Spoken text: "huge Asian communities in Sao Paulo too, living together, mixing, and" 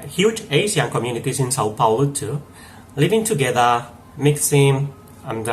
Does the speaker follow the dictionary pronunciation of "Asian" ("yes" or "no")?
no